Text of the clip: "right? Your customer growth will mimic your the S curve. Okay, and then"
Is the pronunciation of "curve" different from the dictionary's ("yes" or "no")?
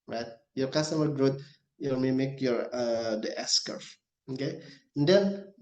yes